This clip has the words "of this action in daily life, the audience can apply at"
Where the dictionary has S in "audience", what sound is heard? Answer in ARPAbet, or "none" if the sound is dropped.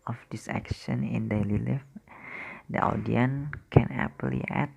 none